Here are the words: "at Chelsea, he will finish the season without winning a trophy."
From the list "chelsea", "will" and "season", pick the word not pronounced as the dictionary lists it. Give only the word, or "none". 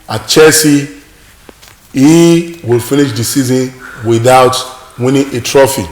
chelsea